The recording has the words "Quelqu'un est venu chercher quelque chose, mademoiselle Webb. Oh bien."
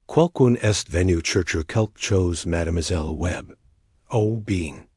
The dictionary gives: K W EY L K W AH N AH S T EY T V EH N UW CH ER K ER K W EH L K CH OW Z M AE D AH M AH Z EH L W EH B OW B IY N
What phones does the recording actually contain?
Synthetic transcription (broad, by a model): K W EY L K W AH N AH S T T V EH N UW CH ER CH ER K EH L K CH OW Z M AE D AH M AH Z EH L W EH B OW B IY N